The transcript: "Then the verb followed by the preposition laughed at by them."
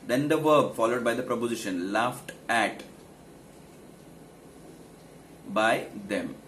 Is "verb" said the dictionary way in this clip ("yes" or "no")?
yes